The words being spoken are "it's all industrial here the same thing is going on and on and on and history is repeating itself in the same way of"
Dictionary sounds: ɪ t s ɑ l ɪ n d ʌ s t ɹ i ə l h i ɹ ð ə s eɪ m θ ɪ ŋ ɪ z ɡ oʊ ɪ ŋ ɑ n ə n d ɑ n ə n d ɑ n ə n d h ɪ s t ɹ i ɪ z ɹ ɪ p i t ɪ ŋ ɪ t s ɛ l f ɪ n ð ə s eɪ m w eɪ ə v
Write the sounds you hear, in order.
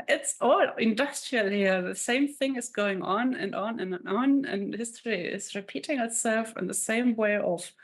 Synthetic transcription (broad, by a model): ɪ t s ɑ l ɪ n d ʌ s t ɹ i ə l h i ɹ ð ə s eɪ m θ ɪ ŋ ɪ z ɡ oʊ ɪ ŋ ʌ n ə n n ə n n n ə n h ɪ s t ɹ i ɪ z ɹ ɪ p i t ɪ ŋ ɪ t s ɛ l f ɪ n ð ə s eɪ m w eɪ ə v